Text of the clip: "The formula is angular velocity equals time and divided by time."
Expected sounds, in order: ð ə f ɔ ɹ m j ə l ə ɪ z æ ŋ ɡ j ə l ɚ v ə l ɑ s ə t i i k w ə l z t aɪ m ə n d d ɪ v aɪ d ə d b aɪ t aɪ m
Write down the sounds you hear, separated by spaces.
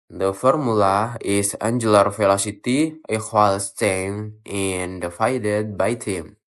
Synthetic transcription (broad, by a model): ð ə f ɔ ɹ m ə l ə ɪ s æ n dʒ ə l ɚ f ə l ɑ s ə t i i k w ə l s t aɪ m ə n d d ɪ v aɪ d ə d b aɪ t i m